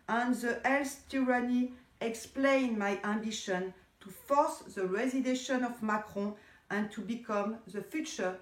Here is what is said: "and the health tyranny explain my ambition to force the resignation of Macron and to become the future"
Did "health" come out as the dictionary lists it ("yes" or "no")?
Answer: no